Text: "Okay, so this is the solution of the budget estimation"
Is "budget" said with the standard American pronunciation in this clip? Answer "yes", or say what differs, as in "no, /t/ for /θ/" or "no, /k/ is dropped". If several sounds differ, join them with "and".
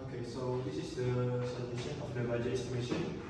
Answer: no, /t/ is dropped